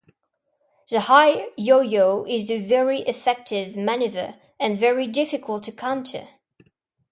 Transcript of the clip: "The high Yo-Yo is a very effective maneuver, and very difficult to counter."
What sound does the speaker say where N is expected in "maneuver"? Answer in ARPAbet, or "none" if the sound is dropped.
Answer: N